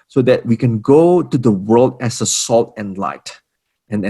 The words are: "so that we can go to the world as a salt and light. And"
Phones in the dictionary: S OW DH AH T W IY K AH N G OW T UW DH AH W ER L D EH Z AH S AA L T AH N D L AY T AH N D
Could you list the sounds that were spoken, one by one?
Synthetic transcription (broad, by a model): S OW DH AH T W IY K AH N G OW T UW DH AH W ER L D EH S AH S AA L T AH N L AY T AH N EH